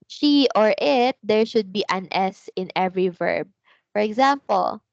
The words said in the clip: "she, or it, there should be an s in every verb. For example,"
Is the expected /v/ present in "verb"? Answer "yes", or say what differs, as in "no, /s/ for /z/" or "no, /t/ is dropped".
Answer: yes